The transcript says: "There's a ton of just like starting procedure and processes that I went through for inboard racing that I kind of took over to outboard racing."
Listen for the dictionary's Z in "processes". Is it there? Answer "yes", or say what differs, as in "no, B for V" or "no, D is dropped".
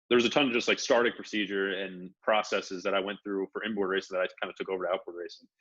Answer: yes